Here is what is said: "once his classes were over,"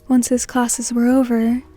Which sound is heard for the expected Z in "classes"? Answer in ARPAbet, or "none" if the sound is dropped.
Z